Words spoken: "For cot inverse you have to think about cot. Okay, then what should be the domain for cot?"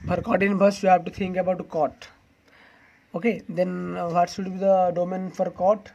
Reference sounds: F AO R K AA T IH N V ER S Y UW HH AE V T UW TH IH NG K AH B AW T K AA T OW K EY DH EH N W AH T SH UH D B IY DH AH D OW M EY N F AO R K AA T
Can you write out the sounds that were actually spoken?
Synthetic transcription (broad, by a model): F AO R K AA T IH N B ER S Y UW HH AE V T UW T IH NG K AH B AW T K AA T OW K EY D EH N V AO T SH UH D B IY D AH D OW M EY N F AO R K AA T